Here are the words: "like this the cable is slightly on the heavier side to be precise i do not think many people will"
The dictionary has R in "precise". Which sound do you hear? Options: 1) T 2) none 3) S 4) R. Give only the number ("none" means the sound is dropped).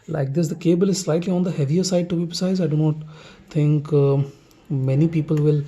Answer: 2